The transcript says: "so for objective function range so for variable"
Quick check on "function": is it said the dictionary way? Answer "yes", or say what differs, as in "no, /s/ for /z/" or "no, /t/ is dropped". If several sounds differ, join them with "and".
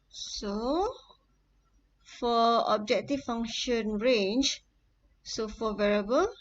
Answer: no, /k/ is dropped